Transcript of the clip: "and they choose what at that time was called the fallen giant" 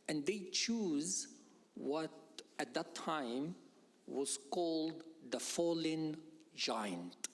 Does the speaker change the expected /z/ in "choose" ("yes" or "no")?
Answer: no